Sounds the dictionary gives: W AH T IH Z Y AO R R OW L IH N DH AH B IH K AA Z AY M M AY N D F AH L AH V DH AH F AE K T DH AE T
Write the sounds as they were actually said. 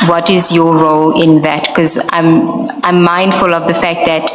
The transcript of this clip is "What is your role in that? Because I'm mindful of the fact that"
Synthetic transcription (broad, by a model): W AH T IH Z Y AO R R OW L IH N DH AH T K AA Z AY M M AY N D F AH L AH V DH AH F AE K T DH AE T